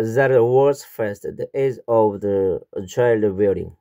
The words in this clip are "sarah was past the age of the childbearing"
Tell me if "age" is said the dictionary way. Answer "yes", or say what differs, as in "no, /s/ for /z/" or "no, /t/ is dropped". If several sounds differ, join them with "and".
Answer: no, /z/ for /dʒ/